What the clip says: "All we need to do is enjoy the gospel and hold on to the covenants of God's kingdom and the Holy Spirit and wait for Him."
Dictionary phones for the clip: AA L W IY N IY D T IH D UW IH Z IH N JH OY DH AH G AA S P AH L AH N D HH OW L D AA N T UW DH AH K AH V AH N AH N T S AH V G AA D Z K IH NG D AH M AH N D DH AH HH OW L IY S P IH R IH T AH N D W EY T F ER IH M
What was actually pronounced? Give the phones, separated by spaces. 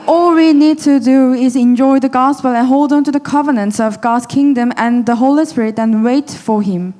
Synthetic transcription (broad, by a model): AA L W IY N IY D T IH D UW IH Z IH N JH OY DH AH G AA S P AH L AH N HH OW L D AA N T UW DH AH K AH V AH N AH N T S AH V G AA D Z K IH NG D AH M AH N DH AH HH OW L IY S P IH R IH T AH N W EY T F ER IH M